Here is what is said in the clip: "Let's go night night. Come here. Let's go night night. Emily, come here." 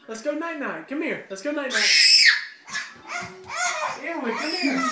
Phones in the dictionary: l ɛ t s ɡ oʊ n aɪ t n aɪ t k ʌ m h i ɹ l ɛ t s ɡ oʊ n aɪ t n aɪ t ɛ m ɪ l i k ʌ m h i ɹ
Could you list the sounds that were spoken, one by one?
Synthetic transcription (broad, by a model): l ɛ t s ɡ oʊ n aɪ t n aɪ t k ʌ m h i ɹ l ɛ t s ɡ oʊ n aɪ t n aɪ t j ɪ w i k ʌ m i